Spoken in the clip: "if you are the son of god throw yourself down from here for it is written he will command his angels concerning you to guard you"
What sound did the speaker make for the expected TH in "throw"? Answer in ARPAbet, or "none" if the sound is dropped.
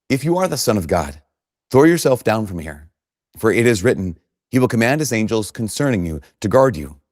TH